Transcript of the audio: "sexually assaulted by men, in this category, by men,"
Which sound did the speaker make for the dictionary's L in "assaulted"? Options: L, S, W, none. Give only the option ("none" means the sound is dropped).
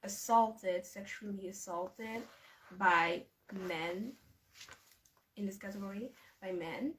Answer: L